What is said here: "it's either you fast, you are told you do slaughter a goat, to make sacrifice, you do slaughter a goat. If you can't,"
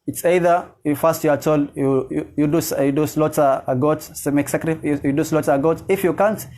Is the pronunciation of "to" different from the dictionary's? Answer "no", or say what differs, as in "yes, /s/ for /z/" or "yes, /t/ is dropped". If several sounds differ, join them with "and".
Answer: yes, /s/ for /t/